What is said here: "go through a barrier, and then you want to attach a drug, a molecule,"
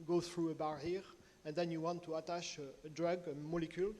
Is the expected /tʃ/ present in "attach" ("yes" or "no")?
no